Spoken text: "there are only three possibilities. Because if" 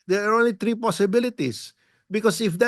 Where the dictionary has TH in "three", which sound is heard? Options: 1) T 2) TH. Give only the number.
1